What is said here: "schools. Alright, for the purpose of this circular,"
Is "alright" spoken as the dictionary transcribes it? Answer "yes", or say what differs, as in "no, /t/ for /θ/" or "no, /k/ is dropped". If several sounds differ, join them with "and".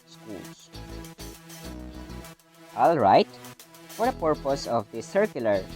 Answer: yes